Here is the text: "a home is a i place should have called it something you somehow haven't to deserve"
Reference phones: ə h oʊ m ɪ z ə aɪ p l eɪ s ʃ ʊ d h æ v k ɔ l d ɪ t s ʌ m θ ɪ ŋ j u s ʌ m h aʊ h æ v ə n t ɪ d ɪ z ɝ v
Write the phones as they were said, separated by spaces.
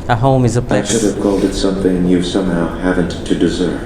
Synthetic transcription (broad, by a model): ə h oʊ m ɪ z ə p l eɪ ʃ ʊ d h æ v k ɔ l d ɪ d s ʌ m θ ɪ ŋ j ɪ s ʌ m h aʊ h æ v ə n t ɪ d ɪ z ɝ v